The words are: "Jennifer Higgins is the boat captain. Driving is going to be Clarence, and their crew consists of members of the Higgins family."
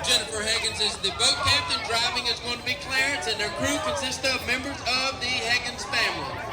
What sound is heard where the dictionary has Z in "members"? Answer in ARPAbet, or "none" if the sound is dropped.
Z